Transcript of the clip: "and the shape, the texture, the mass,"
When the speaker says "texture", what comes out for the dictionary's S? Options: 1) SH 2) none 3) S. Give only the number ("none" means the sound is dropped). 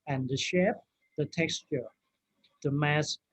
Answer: 3